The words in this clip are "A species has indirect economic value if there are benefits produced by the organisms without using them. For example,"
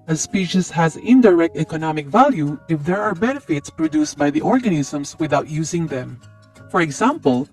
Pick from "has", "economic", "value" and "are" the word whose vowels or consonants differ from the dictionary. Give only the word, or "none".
none